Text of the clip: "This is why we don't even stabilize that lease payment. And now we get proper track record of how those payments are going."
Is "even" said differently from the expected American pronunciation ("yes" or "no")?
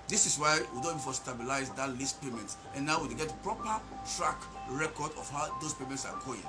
yes